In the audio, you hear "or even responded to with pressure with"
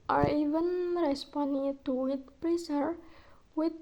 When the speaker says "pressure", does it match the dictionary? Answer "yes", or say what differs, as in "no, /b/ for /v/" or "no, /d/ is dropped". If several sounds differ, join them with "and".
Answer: no, /s/ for /ʃ/